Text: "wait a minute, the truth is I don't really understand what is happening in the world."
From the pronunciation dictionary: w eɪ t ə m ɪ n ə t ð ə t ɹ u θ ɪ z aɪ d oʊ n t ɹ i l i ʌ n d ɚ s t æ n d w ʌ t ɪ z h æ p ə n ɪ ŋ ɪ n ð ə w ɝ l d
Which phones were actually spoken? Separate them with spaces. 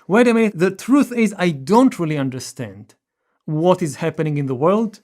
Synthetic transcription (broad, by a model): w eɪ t ə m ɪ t ð ə t ɹ u θ ɪ z aɪ d oʊ n t ɹ i l i ʌ n d ɚ s t æ n d w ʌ t ɪ z h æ p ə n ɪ ŋ ɪ n ð ə w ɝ l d